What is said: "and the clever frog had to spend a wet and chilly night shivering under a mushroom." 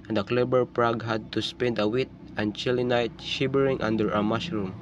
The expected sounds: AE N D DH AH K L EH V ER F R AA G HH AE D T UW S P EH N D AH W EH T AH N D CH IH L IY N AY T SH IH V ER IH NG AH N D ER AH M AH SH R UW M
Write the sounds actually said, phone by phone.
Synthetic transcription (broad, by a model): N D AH K L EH B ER P R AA G HH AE D T UW S P EH N D AH W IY T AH N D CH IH L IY N AY T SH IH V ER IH NG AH N D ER AH M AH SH R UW M